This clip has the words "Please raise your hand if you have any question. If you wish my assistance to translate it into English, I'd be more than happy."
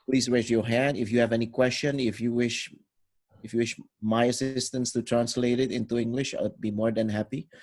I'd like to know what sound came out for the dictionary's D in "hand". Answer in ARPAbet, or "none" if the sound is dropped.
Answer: D